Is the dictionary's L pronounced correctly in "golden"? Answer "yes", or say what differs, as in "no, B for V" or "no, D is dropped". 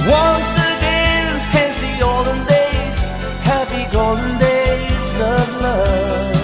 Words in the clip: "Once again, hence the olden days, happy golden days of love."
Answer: no, L is dropped